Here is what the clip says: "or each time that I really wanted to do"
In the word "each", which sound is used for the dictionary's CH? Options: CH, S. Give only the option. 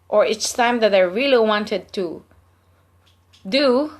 S